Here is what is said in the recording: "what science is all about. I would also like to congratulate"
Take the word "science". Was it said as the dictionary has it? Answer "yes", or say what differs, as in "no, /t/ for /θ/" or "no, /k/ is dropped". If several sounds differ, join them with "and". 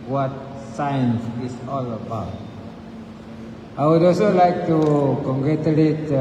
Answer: yes